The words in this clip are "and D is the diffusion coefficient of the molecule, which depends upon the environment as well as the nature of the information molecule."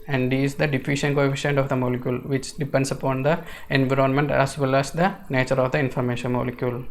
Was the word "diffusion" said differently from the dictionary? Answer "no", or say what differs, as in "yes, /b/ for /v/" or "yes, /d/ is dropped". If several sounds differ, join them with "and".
yes, /ʃ/ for /ʒ/